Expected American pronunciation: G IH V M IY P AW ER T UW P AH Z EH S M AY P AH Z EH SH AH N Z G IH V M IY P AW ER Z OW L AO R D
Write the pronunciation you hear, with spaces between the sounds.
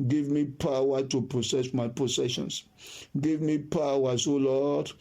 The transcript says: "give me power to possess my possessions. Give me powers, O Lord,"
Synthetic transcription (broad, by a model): G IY V M IY P AW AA T UW P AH S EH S M AY P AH S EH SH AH N S G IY V M IY P AW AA S OW L AO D